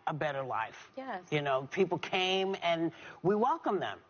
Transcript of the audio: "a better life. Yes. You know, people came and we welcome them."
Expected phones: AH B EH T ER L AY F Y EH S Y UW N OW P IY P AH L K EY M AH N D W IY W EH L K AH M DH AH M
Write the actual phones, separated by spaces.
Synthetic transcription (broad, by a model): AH B EH T ER L AY F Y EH Y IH N OW P IY P L K EY M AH N W IY W EH L K AH M DH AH M